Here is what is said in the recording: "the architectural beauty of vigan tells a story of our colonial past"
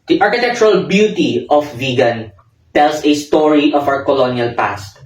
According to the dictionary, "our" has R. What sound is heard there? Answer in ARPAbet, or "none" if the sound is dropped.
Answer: W